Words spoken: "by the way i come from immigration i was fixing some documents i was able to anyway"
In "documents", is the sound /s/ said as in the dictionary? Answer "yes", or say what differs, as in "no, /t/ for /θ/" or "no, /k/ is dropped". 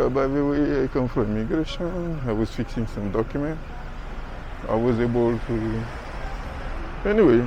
no, /s/ is dropped